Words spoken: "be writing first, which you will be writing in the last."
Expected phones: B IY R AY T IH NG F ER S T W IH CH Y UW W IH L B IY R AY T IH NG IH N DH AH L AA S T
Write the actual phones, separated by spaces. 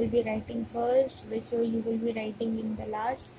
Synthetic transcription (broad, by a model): B IY R AY T IH NG F ER S T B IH S Y UW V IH L B IY R AY T IH NG IH N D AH L AA S T